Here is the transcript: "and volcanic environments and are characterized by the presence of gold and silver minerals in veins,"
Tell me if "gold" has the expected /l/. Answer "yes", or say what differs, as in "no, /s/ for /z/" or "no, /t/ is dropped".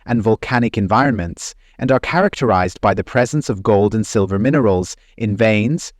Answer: yes